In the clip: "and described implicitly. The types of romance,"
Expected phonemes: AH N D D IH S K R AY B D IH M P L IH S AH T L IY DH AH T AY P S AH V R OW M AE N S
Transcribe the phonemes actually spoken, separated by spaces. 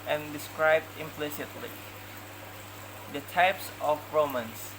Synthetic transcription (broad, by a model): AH N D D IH S K R AY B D IH M P L IH S AH T L IY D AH T AY P S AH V R OW M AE N S